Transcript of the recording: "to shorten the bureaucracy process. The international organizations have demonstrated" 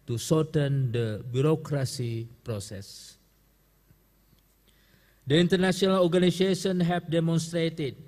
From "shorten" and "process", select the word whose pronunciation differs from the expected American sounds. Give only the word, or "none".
shorten